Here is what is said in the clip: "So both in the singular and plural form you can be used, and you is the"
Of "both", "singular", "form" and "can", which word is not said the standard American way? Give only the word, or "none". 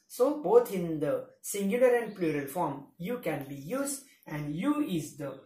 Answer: both